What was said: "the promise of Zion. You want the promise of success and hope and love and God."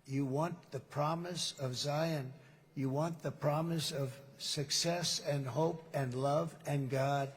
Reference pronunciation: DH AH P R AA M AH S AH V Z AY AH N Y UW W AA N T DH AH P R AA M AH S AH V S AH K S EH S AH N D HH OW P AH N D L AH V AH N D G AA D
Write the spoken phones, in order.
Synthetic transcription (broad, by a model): DH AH P R AA M AH S AH V Z AY AH N Y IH W AA N DH AH P R AA M AH S AH V S AH K S EH S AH N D HH OW P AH N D L AH V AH N G AA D